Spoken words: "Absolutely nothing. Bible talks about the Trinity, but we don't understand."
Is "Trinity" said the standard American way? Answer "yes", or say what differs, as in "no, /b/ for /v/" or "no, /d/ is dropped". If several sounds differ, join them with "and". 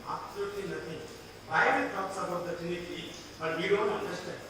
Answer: no, /ɹ/ is dropped